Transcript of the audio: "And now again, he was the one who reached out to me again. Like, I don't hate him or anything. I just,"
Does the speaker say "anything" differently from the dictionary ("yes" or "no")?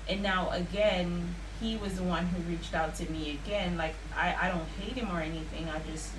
no